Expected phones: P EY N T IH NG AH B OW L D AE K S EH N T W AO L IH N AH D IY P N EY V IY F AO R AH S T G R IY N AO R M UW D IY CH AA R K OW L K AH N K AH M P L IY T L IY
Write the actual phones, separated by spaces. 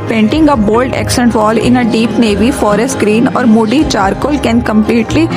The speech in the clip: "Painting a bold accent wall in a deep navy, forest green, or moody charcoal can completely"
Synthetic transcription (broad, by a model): P EY N T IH NG AH B OW L D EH K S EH N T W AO L IH N AH D IY P N EY V IY F AO R AH S T G R IY N AO R M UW D IY CH AA R K OW L K AH N K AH M P L IY T L IY